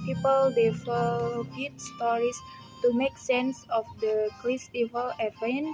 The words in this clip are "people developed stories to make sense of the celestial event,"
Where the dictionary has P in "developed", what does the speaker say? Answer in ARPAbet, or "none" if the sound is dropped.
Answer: none